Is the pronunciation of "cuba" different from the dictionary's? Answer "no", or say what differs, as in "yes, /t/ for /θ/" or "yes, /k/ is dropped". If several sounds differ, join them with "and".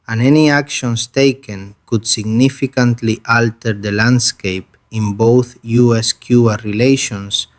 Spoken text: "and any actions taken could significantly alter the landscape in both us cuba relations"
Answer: yes, /b/ is dropped